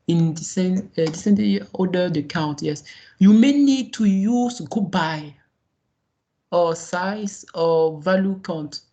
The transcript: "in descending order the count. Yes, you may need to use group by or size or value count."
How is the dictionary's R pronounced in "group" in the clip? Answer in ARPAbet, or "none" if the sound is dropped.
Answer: none